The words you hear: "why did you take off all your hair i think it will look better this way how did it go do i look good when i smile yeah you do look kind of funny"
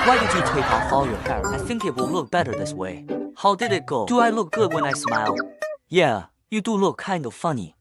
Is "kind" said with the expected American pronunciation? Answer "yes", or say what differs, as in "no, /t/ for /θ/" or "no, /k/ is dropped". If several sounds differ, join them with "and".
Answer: yes